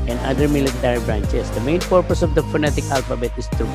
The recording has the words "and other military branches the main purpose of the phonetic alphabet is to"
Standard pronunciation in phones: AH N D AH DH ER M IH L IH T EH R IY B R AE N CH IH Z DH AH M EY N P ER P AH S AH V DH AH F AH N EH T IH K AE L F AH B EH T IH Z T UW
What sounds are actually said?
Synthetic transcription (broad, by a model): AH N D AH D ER M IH L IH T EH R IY B R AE N CH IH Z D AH M EY N P ER P AH S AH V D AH F AH N EH T IH K AE L F AH B EH T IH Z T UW